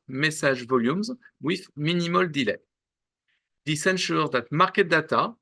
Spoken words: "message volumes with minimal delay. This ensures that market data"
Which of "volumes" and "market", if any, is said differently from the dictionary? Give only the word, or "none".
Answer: none